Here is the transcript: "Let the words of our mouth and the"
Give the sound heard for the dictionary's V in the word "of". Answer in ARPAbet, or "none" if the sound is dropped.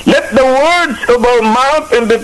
B